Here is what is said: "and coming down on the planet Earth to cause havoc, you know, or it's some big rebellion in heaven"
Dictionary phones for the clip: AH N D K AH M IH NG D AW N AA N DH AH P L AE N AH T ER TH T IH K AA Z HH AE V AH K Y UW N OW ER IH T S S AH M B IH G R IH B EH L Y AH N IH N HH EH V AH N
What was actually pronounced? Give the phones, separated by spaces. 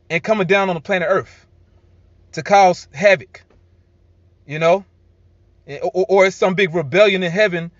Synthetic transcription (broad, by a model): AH N K AH M IH NG D AW N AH N DH AH P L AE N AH ER TH T IH K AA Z HH AE V AH K Y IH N OW ER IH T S S AH M B IH G R IH B EH L Y AH N IH N HH EH V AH N